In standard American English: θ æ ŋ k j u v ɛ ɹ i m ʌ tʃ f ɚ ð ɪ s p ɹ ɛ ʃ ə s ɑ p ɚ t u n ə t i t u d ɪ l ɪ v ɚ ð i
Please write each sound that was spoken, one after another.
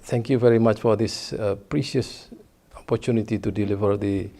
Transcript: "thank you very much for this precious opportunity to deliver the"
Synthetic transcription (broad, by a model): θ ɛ ŋ k j u v ɛ ɹ i m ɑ tʃ f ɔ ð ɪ s p ɹ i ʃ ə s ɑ p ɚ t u n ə t i t u d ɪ l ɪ v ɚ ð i